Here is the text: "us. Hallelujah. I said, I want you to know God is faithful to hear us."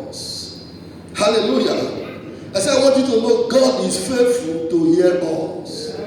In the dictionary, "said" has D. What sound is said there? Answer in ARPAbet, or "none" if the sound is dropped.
none